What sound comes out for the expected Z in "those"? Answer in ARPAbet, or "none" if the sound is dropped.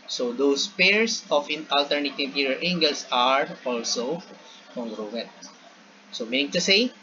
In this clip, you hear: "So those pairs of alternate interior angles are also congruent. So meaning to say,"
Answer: S